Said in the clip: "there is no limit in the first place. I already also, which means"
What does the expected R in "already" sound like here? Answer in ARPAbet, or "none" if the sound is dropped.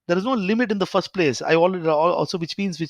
L